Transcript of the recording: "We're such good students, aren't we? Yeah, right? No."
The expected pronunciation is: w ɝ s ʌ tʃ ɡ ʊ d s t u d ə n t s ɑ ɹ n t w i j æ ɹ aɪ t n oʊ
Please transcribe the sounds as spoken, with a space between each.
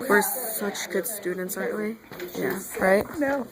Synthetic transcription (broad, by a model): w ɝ s ʌ tʃ ɡ ʊ d s t u d n t s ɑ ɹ t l i j æ ɹ aɪ t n oʊ